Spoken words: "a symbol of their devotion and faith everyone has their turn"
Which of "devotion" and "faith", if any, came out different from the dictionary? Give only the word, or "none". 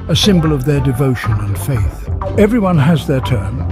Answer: none